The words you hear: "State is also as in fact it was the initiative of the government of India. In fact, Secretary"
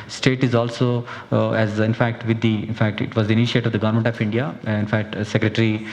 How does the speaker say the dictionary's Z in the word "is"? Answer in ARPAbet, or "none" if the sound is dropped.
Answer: Z